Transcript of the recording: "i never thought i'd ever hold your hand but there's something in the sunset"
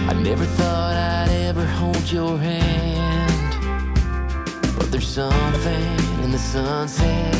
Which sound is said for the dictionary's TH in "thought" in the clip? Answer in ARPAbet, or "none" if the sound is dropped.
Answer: TH